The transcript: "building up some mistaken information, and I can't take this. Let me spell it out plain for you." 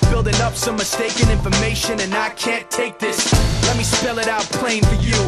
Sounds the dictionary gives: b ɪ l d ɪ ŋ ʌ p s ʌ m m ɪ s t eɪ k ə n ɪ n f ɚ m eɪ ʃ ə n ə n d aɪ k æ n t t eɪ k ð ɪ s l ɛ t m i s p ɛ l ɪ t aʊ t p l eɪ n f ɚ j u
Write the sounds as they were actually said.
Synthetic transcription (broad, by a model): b ɪ l d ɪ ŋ ʌ p s ʌ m m ɪ s t eɪ k ə n ɪ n f ɚ m eɪ ʃ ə n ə n aɪ k æ n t t eɪ k ð ɪ s l ɛ t m i s p ɛ l ɪ t aʊ t p l eɪ n f ɚ j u